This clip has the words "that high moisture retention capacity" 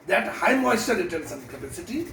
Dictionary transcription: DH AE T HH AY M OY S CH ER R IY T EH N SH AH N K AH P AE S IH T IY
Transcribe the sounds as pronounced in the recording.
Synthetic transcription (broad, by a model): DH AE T HH AY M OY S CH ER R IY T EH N S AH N K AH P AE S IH T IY